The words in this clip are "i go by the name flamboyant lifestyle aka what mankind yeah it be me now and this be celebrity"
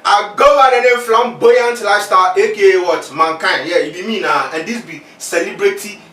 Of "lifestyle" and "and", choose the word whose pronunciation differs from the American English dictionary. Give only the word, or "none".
lifestyle